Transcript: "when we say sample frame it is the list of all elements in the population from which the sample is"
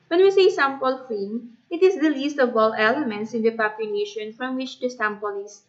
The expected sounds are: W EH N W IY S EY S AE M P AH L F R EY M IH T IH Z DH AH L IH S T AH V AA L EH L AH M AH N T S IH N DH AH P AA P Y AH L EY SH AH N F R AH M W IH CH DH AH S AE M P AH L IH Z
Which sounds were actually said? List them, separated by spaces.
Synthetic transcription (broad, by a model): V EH N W IY S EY S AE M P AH L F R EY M IH T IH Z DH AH L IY S T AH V AA L EH L AH M AH N T S IH N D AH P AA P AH N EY SH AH N F R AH M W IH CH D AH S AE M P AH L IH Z